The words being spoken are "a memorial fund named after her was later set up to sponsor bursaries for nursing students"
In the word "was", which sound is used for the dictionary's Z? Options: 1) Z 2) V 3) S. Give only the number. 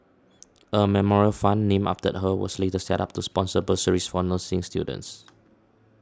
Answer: 3